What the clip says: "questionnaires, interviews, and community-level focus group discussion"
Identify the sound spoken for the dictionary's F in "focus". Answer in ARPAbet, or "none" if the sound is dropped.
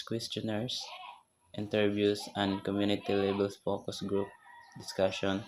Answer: P